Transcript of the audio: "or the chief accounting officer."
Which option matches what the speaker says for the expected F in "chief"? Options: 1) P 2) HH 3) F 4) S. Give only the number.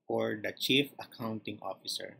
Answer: 3